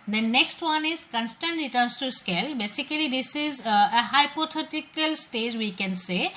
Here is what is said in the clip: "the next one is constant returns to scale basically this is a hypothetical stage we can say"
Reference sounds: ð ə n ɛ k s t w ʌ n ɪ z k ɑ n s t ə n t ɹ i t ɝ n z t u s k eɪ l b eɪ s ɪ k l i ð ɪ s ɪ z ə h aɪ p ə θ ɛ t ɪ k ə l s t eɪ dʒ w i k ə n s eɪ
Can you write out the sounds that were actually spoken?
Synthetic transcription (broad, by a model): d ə n ɛ k s t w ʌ n ɪ z k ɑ n s t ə n t ɹ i t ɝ n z t u s k eɪ l b eɪ s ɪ k l i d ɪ s ɪ z ə h aɪ p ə t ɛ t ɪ k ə l s t eɪ dʒ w i k ə n s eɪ